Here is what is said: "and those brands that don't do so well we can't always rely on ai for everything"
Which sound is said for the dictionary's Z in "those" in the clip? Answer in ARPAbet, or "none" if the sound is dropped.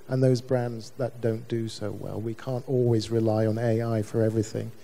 Z